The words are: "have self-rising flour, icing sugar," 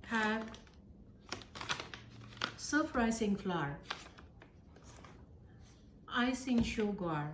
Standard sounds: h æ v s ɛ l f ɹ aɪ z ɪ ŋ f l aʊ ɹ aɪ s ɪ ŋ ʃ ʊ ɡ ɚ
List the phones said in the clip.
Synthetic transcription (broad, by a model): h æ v s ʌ f ɹ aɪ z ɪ ŋ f l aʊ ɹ aɪ s ɪ ŋ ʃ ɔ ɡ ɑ